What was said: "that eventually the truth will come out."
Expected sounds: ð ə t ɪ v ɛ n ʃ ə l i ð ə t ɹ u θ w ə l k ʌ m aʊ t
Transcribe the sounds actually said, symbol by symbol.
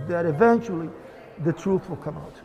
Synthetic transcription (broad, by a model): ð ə t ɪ v ɛ n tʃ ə l i ð ə t ɹ u θ w ə l k ʌ m aʊ t